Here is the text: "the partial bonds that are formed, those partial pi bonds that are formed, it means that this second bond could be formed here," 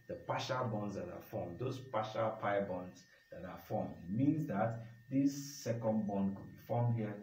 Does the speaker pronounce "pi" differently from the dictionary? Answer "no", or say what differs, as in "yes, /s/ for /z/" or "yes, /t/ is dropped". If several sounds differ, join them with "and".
no